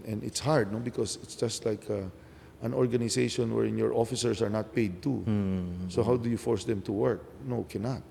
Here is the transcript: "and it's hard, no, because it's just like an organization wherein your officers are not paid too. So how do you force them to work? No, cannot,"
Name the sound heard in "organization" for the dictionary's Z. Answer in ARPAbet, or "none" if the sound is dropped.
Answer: S